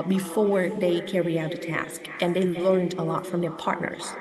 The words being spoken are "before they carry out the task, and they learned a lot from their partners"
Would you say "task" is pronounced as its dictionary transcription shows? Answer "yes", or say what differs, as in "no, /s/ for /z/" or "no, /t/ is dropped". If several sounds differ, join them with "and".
yes